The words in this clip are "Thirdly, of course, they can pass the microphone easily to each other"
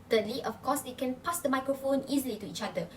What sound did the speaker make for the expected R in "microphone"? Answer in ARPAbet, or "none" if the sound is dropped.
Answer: R